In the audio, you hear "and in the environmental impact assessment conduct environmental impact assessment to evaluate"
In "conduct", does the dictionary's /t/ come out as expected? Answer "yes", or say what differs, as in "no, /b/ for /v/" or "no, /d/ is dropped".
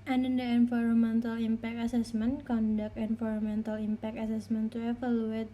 no, /t/ is dropped